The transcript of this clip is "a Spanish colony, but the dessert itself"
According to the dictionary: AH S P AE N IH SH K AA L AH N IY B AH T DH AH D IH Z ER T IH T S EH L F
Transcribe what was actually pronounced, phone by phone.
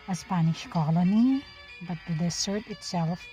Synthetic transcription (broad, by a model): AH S P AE N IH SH K AA L AH N IY B AH T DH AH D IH S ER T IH T S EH L F